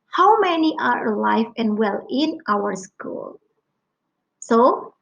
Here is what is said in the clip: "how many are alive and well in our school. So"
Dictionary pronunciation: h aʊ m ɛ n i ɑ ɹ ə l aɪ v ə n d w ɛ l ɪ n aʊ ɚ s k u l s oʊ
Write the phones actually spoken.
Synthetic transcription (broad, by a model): h aʊ m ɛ n i ɑ ɹ l aɪ f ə n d w ɛ l ɪ n aʊ ɚ s k u l s oʊ